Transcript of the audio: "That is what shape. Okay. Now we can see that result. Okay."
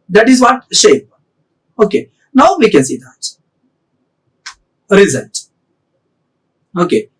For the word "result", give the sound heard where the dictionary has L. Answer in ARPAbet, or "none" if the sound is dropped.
N